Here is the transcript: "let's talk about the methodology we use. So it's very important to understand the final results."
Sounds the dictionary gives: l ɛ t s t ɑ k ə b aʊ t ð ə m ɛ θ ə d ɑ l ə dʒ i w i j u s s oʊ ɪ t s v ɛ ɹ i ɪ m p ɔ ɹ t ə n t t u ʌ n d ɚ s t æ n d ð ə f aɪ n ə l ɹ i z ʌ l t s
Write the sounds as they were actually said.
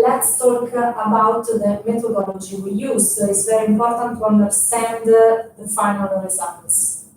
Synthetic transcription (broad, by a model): l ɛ t s t ɑ k ə b aʊ t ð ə m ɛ t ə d ɑ l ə dʒ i w i j u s s oʊ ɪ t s v ɛ ɹ i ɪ m p ɔ ɹ t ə n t t u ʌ n d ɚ s t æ n d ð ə f aɪ n ə l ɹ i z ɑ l t s